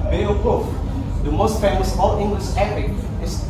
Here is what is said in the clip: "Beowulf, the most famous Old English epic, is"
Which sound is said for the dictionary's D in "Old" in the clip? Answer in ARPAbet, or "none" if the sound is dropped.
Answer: none